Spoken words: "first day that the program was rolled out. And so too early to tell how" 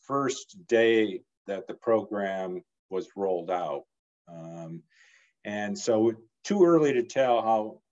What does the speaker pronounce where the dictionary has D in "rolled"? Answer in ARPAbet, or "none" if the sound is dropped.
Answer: D